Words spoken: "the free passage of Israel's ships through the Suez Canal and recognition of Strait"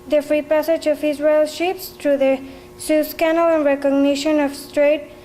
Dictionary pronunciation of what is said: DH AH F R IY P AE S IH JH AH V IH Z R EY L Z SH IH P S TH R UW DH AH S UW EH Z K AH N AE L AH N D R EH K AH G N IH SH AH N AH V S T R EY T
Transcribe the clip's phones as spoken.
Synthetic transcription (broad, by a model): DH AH F R IY P AE S IH JH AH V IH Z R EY L SH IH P S T R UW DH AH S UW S K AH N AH L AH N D R EH K AH G N IH SH AH N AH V S T R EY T